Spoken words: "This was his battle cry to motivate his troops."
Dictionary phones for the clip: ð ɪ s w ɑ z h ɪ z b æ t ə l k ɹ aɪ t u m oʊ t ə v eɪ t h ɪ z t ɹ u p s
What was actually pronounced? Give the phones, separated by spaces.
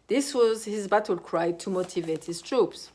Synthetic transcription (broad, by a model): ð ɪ s w ɑ z h ɪ z b æ t ə l k ɹ aɪ t u m oʊ t ə v eɪ t h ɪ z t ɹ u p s